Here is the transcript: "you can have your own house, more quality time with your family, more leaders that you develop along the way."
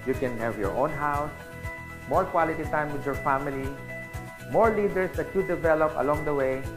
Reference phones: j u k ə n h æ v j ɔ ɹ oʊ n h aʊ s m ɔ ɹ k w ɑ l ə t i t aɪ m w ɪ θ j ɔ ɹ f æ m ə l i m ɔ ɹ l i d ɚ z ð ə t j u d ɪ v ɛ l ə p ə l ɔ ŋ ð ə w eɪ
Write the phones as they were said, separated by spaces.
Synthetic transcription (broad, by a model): j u k ə n h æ v j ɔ ɹ oʊ n h aʊ s m ɔ ɹ k w ɑ l ə t i t aɪ m w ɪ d j ɔ ɹ f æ m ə l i m ɔ ɹ l i d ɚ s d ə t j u d ɪ v ɛ l ə p ə l ɔ ŋ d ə w eɪ